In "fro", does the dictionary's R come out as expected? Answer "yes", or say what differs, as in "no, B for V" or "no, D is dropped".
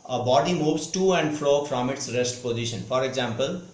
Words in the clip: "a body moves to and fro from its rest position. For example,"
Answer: no, L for R